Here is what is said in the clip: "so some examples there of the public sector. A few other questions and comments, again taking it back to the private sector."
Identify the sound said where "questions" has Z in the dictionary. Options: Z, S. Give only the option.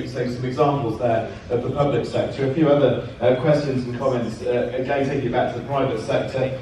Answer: Z